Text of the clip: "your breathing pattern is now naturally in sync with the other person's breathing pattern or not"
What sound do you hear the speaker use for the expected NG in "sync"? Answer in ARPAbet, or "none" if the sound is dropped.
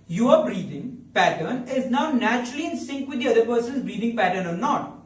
NG